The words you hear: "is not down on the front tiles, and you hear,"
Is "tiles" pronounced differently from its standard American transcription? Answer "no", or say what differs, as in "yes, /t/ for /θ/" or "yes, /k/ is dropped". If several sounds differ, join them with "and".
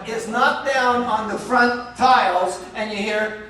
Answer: no